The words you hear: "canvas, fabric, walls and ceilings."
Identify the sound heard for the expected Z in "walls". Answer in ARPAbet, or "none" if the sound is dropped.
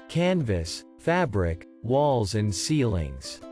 Z